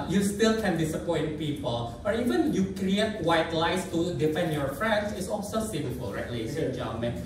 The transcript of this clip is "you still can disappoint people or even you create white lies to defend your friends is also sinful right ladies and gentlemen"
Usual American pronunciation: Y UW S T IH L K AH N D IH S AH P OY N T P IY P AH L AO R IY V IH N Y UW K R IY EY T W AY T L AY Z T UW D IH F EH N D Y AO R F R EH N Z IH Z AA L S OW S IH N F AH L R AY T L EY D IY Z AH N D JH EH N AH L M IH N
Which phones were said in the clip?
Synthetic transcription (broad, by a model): Y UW S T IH L K AH N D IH S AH P OY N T P IY P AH L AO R IY V IH N Y UW K R IY EY T W AY T L AY S T UW D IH F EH N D Y AO R F R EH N S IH S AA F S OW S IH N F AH L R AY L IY AH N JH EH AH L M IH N